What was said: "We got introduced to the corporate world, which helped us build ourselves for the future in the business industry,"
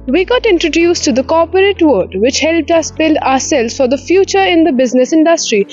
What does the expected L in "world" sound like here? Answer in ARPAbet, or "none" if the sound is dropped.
none